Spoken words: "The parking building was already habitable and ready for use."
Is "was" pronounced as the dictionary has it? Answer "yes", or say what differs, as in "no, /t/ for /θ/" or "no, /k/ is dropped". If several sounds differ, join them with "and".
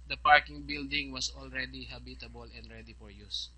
no, /s/ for /z/